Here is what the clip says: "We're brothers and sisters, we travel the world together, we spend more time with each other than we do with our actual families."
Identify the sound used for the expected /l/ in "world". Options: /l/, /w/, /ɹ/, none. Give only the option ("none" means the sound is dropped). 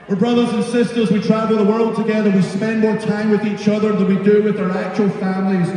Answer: /l/